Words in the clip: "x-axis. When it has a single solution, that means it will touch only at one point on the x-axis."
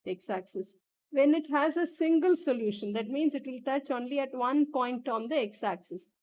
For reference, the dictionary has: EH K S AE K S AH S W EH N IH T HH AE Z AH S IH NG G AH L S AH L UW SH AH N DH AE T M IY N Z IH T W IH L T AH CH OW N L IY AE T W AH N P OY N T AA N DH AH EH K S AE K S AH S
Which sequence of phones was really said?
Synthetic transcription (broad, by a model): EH K S AE K S AH S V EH N IH T HH AE Z AH S IH NG G AH L S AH L UW SH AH N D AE T M IY N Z IH T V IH L T AH CH OW N L IY AE T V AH N P OY N T AA N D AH EH K S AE K S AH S